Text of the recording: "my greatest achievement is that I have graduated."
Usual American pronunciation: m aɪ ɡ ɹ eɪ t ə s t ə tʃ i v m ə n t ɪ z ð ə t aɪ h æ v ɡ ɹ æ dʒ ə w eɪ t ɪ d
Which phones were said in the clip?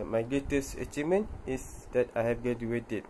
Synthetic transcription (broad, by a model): m aɪ ɡ eɪ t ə s ə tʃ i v m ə n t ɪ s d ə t aɪ h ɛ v ɡ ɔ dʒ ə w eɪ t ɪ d